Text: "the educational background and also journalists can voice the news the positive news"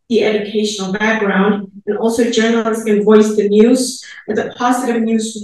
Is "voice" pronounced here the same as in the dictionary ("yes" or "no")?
yes